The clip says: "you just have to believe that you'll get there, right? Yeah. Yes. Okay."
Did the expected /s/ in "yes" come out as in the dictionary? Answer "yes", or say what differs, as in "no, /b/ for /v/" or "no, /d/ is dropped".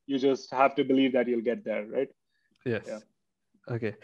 no, /s/ is dropped